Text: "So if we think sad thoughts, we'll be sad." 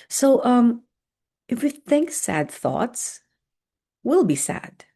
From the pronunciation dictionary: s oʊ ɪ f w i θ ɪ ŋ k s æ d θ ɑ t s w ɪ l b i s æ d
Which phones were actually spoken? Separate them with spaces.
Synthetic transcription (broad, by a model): s oʊ ɪ f w i θ ɪ ŋ k s æ d θ ɑ t s w ɪ l b i s æ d